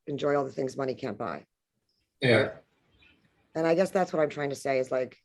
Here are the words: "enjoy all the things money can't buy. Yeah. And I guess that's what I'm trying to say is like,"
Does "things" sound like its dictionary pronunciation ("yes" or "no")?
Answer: yes